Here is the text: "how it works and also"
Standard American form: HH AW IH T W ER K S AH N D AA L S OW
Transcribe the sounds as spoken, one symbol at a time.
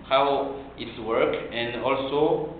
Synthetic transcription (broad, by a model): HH AW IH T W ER K AH N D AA L S OW